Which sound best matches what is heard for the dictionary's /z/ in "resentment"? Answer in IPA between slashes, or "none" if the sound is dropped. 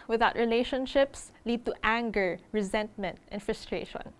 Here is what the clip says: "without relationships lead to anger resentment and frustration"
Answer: /z/